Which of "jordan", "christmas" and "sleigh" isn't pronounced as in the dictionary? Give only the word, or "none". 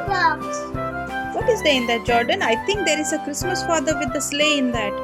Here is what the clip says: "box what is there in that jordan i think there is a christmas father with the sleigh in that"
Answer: none